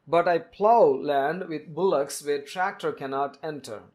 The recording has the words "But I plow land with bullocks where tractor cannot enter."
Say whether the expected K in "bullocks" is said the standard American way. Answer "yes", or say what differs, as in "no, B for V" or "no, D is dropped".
yes